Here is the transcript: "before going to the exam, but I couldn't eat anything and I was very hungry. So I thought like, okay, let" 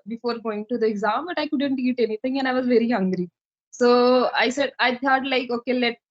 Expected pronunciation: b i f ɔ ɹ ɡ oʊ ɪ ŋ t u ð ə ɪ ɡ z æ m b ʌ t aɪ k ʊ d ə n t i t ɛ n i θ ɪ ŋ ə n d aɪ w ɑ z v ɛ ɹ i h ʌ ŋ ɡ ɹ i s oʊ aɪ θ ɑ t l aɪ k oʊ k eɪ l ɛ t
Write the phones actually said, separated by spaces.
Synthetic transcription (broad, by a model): b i f ɔ ɹ ɡ oʊ ɪ ŋ t u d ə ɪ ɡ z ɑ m b ʌ t aɪ k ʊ d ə n t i t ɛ n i t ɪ ŋ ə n aɪ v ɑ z v ɛ ɹ i h ʌ ŋ ɡ ɹ i s oʊ aɪ s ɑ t l aɪ k oʊ k eɪ l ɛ t